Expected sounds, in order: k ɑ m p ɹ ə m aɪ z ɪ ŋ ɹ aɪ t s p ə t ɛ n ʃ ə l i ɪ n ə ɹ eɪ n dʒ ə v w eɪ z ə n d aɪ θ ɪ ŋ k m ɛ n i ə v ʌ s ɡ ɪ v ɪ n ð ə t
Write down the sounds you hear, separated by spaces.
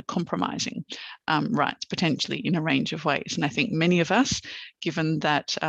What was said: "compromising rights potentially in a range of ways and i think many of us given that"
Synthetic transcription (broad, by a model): k ɑ m p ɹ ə m aɪ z ɪ ŋ ɹ aɪ t s p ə t ɛ n ʃ l i ɪ n ə ɹ eɪ n dʒ ə v w eɪ z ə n aɪ θ ɪ ŋ k m ɛ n i ə v ʌ s ɡ ɪ v ɪ n ð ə t